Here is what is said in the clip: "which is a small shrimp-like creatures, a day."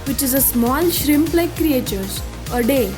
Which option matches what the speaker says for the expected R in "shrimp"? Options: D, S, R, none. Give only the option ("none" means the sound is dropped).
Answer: R